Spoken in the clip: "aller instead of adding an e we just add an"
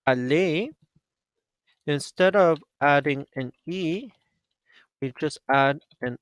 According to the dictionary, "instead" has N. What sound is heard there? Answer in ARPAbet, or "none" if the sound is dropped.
N